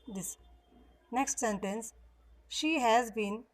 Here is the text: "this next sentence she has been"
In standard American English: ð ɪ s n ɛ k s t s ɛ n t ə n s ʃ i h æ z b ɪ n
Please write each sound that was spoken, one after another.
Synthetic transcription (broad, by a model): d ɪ s n ɛ k s t s ɛ n t ə n s ʃ i h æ z b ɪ n